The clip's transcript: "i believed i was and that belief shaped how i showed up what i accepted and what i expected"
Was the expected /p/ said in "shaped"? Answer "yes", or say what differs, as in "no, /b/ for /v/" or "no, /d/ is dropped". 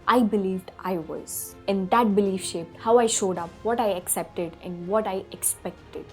yes